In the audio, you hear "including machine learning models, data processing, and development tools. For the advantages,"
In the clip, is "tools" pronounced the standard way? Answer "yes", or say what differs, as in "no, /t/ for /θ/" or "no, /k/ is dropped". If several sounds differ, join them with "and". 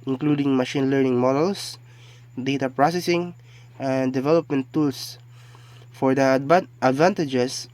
no, /s/ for /z/